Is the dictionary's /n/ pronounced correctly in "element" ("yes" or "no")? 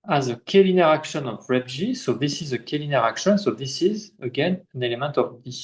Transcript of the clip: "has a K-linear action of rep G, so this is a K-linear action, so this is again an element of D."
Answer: yes